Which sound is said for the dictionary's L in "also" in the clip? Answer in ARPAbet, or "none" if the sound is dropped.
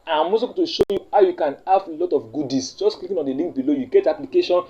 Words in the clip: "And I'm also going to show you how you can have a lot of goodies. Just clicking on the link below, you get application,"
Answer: none